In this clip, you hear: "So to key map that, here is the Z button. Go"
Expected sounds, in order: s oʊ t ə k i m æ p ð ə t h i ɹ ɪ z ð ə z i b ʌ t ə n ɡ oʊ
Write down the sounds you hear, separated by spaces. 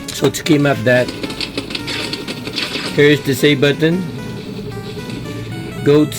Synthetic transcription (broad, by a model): s oʊ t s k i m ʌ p ð ə t h i ɹ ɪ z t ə s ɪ b ʌ t ə n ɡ oʊ